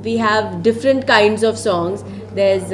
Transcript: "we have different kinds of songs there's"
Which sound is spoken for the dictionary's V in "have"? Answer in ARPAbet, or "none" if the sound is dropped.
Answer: V